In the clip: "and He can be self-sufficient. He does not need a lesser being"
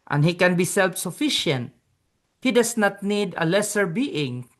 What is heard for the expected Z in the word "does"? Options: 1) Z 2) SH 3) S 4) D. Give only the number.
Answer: 3